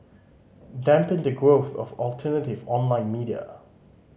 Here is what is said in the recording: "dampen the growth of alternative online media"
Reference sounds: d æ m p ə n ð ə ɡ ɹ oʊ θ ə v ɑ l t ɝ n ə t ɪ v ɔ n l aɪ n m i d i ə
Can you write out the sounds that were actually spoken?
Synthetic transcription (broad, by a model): d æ m p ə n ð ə ɡ ɹ oʊ θ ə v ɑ l t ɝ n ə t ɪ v ɔ n l aɪ n m i d i ə